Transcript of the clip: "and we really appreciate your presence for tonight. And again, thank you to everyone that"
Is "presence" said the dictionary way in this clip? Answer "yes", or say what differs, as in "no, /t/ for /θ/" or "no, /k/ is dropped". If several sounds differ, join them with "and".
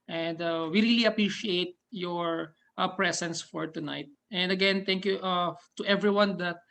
no, /s/ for /z/